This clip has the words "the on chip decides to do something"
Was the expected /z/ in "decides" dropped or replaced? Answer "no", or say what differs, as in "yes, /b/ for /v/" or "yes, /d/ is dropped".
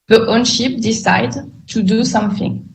yes, /z/ is dropped